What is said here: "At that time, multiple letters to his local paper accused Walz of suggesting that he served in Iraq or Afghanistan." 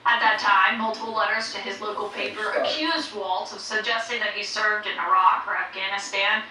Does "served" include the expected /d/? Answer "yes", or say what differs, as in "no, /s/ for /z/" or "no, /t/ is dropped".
yes